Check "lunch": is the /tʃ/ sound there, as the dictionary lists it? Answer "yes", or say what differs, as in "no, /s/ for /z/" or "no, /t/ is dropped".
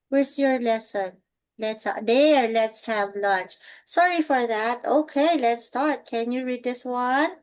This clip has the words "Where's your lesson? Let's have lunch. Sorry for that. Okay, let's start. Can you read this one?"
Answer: yes